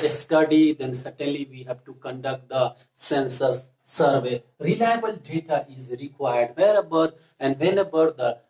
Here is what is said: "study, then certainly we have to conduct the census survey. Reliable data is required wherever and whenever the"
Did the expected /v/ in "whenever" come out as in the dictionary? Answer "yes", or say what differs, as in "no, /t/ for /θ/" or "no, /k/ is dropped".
no, /b/ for /v/